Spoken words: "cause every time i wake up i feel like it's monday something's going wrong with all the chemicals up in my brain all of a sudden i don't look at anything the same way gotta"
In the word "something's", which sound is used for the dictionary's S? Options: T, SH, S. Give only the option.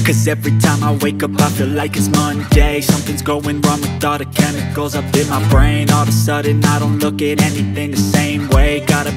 S